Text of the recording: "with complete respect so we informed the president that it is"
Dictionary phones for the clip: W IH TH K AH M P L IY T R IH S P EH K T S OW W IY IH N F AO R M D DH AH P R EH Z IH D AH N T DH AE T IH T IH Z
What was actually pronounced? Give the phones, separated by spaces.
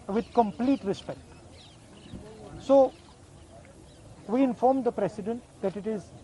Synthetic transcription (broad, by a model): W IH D K AH M P L IY T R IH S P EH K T S OW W IY IH N F AO R M D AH P R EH S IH D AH N T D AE T IH T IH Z